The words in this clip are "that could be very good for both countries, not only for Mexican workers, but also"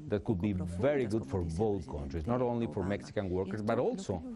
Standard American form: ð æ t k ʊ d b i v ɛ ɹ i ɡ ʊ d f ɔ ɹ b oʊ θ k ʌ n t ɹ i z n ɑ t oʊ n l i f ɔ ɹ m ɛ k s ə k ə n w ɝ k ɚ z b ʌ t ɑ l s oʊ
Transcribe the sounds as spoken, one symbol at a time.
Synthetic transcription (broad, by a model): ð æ t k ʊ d b i v ɛ ɹ i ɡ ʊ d f ɔ ɹ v oʊ t k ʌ n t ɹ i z n ɑ t oʊ n l i f ɔ ɹ m ɛ k s ə k ə n w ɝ k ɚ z b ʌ t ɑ l s oʊ